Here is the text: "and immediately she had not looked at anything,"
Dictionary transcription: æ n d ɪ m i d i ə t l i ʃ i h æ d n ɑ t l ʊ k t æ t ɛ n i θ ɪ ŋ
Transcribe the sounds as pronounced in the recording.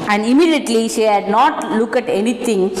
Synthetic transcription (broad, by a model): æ n d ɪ m i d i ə t l i ʃ i h æ d n ɑ t l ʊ k æ t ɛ n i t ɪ ŋ